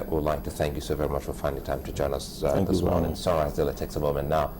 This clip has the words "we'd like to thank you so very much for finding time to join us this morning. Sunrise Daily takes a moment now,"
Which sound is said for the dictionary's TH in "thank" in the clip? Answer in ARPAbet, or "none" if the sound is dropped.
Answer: TH